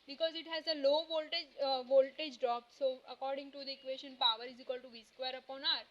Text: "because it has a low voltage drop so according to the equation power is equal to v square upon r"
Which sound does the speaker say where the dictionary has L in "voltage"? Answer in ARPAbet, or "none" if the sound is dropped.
L